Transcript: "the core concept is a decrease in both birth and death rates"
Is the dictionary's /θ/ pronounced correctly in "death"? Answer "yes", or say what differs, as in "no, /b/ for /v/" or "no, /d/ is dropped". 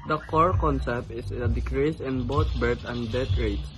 no, /t/ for /θ/